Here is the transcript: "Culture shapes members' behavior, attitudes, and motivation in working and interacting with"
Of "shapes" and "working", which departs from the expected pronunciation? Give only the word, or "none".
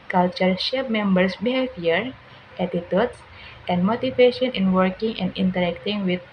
shapes